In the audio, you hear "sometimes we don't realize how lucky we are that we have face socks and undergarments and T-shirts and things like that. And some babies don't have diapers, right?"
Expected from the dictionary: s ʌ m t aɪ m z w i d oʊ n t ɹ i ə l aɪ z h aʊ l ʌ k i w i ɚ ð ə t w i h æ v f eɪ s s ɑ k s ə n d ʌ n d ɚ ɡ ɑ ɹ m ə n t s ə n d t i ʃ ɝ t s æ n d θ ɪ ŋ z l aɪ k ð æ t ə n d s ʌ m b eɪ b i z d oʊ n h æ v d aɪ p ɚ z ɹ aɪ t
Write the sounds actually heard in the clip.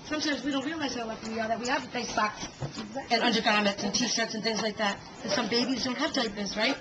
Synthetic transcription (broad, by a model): s ʌ m t aɪ m z w i d oʊ n t ɹ i ə l aɪ z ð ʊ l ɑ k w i ɚ ð ə t w i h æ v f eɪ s s ɑ k s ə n ʌ n d ɚ ɡ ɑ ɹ m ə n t s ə n t i ʃ ɝ t s n θ ɪ ŋ z l aɪ k ð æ t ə s ʌ m b eɪ b i z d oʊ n h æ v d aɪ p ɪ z ɹ aɪ t